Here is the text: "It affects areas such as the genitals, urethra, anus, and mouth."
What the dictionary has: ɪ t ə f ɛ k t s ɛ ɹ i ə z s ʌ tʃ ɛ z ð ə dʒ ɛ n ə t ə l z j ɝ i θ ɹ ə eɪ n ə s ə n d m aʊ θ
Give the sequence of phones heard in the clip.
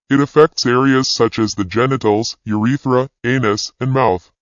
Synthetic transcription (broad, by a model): ɪ t ə f ɛ k t s ɛ ɹ i ə z s ʌ tʃ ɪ z ð ə dʒ ɛ n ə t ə l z j ɝ i θ ɹ ə eɪ n ə s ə n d m aʊ θ